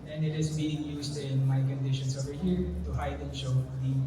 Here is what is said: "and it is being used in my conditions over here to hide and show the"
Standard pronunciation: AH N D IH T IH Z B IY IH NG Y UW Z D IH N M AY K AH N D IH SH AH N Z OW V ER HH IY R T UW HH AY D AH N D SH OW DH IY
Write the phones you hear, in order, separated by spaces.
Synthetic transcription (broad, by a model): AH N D IH T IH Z B IY IH NG Y UW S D IH N M AY K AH N D IH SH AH N S OW V ER HH IY R T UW HH AY D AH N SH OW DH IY